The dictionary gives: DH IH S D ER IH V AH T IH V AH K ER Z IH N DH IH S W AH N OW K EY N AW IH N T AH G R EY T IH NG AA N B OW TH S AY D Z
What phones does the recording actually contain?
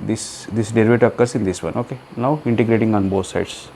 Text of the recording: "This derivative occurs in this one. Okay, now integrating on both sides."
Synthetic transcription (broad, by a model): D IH S D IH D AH T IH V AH K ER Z IH N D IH S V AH N OW K EY N AW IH N T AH G R EY T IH NG AA N B OW T S AY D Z